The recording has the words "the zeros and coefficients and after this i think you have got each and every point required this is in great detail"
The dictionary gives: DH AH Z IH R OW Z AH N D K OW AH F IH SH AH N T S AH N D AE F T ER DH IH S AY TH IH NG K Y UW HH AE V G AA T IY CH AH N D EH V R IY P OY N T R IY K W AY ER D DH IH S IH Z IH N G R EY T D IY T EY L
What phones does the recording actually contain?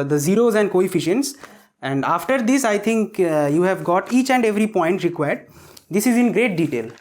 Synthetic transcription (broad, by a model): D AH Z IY R OW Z AH N D K OW AH F IH SH AH N T S AH N D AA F T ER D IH S AY T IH NG K Y UW HH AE V G AA T IY CH AH N D EH V R IY P OY N T R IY K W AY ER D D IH S IH Z IH N G R EY T D IY T EY L